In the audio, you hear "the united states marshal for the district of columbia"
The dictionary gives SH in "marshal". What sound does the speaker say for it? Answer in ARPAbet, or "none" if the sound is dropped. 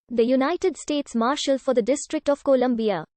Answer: SH